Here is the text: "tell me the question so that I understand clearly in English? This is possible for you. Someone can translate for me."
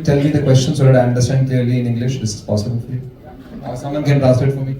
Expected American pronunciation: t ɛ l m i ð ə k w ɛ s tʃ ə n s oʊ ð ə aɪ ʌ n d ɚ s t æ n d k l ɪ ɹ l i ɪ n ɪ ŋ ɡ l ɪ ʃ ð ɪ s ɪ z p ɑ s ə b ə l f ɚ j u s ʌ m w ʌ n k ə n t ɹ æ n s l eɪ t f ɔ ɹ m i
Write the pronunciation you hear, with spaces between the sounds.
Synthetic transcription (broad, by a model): t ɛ l m i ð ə k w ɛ s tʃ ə n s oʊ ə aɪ ʌ n d ɚ s t æ n d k l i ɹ l i ɪ n ɪ ŋ ɡ l ɪ ʃ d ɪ s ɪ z p ɑ s ə b ə l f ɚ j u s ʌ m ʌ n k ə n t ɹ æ s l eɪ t f ɔ ɹ m i